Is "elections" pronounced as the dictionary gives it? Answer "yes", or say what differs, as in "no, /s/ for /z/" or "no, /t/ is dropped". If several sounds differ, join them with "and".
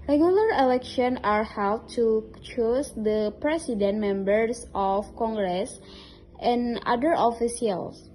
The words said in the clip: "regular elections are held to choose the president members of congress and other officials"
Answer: no, /z/ is dropped